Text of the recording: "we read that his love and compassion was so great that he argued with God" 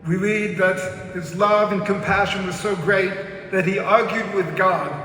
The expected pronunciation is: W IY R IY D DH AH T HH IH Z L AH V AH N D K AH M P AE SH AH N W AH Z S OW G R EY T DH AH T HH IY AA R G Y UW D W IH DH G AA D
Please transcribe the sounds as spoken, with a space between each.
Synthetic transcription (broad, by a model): W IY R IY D DH AH T HH IH Z L AH V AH N K AH M P AE SH AH N W AH Z S OW G R EY T DH AH T HH IY AA R G Y UW D W IH DH G AA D